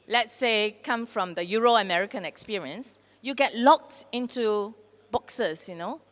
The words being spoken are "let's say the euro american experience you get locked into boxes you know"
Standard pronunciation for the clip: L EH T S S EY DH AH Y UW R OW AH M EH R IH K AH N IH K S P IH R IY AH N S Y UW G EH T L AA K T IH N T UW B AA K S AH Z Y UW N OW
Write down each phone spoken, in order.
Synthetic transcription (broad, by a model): L EH T S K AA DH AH Y UW R OW AH M EH R IH K AH N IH K S P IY R IY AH N S Y UW G EH T L AA K T IH N T UW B AA K S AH S Y UW N OW